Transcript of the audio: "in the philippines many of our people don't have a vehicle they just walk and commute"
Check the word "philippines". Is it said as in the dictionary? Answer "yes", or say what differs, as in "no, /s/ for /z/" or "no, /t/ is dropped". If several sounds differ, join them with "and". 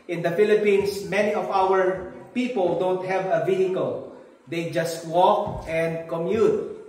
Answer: no, /s/ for /z/